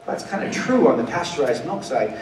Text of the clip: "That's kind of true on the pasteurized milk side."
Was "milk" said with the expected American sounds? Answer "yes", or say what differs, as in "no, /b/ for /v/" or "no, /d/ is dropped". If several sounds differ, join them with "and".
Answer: no, /l/ is dropped